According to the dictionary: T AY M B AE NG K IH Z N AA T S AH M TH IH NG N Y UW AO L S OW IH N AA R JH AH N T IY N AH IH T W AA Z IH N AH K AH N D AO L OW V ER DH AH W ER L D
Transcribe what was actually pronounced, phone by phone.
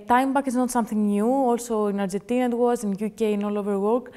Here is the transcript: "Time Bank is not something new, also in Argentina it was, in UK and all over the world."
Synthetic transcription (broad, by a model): T AY M B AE K IH Z N AA T S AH M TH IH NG N Y UW AO L S OW IH N AA R JH AH N T IY N AH IH T W AA Z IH N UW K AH N AO L OW V ER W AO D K